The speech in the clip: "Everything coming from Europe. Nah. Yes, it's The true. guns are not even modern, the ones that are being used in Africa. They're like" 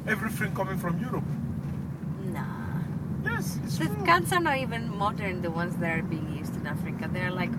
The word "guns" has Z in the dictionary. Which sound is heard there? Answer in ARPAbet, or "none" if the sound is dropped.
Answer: S